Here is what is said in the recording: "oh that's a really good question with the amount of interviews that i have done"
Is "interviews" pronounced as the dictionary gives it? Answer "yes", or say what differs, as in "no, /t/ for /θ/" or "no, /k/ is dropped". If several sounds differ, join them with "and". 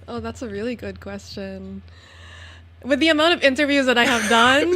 yes